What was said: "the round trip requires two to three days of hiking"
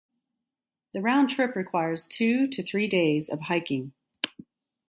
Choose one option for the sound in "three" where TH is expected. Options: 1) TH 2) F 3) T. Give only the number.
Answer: 1